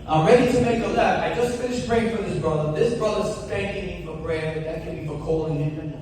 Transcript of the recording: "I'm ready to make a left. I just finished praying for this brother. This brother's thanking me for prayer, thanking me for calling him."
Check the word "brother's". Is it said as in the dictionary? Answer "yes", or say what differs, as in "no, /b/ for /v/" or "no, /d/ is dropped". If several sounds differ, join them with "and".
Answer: yes